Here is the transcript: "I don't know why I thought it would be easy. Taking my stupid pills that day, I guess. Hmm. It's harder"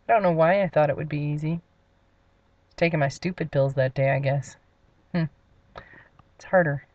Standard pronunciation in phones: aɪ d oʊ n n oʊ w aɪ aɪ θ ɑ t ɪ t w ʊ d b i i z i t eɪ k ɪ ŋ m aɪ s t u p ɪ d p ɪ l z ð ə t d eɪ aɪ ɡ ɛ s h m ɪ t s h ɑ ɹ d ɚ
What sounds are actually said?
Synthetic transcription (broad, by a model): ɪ d oʊ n n oʊ w aɪ aɪ θ ɑ t ɪ t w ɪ d b i i z i t eɪ k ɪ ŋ m aɪ s t u p ɪ d p ɪ l z ð ə t d eɪ aɪ ɡ ɛ s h m ɪ t s h ɑ ɹ d ɚ